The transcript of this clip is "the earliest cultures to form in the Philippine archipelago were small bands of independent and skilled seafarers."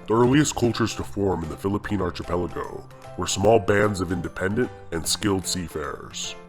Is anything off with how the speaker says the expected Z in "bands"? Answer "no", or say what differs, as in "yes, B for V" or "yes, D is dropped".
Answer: no